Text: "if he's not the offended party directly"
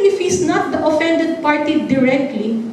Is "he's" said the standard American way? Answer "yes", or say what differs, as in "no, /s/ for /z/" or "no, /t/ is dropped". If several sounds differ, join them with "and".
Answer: no, /s/ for /z/